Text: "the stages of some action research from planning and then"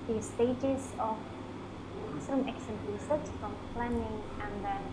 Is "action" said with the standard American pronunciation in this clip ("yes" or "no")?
no